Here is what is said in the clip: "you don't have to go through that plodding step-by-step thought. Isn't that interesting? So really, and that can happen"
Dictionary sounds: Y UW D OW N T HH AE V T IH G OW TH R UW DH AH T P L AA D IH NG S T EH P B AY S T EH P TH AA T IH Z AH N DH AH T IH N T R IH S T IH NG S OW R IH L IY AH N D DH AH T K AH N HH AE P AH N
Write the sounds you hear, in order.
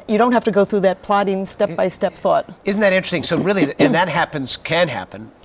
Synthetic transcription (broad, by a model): Y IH D OW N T HH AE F T IH G OW TH R UW DH AH T P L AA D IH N S T EH P B AY S T EH P TH AA T IH Z N DH AH T IH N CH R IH S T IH NG S OW R IH L IY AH N DH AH T K AH N HH AE P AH N